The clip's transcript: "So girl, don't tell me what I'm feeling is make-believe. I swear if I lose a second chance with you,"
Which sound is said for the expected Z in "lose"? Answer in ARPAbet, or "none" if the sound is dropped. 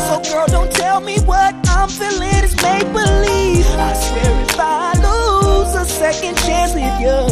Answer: Z